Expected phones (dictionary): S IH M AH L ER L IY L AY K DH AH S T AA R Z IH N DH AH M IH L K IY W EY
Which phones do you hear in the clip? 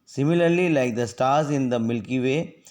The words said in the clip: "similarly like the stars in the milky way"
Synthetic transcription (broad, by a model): S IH M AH L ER L IY L AY K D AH S T AA R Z IH N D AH M IH L K IY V EY